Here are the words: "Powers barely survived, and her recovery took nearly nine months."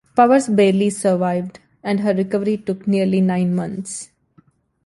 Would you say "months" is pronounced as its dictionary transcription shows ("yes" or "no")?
no